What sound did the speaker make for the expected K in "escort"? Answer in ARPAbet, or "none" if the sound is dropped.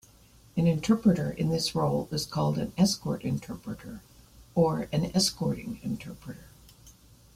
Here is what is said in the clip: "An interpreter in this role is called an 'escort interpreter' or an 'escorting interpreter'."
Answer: K